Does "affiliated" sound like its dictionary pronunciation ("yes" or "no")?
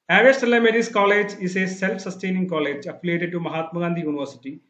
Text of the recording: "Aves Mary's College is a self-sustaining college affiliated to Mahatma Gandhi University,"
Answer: no